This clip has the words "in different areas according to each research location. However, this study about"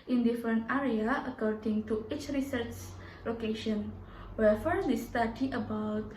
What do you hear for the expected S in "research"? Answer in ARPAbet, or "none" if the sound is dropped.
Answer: S